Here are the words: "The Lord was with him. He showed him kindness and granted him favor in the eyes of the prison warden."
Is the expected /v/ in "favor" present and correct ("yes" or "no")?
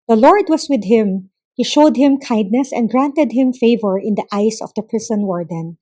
yes